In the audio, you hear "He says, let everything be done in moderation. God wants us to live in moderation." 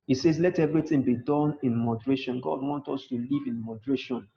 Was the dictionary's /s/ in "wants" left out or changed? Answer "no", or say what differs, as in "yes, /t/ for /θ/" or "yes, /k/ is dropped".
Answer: yes, /s/ is dropped